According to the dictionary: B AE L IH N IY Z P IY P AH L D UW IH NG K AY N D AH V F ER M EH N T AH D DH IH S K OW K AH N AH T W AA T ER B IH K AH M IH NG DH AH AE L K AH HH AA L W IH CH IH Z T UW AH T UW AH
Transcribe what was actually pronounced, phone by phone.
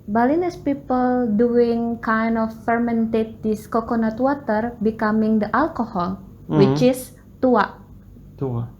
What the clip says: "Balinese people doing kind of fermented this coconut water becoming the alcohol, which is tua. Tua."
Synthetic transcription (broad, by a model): B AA L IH N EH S P IY P AH L D UW IH NG K AY N D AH F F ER M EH N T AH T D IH S K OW K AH N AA T W AA T ER B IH K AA M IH NG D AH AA L K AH HH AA L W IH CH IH S T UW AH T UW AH